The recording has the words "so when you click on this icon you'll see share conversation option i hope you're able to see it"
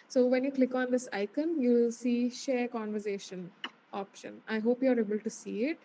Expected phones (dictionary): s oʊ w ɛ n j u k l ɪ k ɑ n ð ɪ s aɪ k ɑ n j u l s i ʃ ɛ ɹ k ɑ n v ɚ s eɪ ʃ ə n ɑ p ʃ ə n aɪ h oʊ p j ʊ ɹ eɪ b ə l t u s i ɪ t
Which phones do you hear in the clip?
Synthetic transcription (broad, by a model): s oʊ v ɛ n j u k l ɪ k ɑ n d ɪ s aɪ k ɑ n j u l s i ʃ ɛ ɹ k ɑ n v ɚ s eɪ ʃ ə n ɑ p ʃ ə n aɪ h oʊ p j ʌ ɹ eɪ b ə l t u s i ɪ t